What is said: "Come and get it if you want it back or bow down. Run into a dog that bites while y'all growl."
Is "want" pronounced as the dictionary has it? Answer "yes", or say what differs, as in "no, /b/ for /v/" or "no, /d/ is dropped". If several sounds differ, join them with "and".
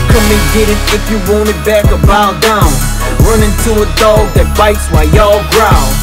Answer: no, /t/ is dropped